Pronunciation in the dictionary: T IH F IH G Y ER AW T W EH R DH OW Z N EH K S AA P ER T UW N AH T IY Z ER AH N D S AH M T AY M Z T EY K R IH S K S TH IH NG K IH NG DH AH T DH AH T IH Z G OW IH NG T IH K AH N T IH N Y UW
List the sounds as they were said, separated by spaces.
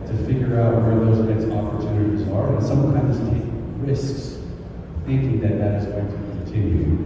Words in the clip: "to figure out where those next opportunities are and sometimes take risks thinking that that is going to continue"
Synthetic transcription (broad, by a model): T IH F IH G Y ER AW T W EH R DH OW Z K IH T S AA P ER T UW N AH T IY Z ER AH N S AH M T AY M Z T EY K R IH S K S TH IH NG K IH NG DH AH T DH AH T IH Z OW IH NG T IH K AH N T IH N Y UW